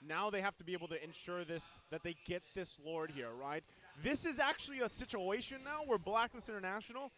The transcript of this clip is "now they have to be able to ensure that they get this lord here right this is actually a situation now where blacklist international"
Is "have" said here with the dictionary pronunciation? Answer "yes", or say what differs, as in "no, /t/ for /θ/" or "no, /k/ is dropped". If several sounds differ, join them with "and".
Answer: no, /f/ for /v/